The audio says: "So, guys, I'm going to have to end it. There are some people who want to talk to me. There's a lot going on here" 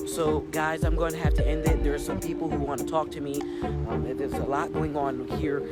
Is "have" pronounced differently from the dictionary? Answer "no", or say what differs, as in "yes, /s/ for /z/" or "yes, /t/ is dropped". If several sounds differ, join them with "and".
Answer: yes, /f/ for /v/